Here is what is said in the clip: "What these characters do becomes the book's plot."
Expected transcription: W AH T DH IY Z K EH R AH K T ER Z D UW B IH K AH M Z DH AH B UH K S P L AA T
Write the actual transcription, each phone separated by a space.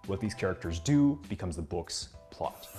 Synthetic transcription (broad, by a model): W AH T DH IY Z K EH R AH K T ER Z D UW B IH K AH M Z DH AH B UH K S P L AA T